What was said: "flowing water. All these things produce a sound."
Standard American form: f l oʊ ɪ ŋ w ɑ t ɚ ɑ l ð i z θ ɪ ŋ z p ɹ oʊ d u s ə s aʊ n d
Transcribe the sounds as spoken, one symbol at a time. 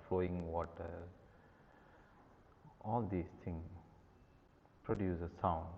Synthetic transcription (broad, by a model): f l oʊ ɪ ŋ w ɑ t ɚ ɑ l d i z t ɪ ŋ p ɹ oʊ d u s ə s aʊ n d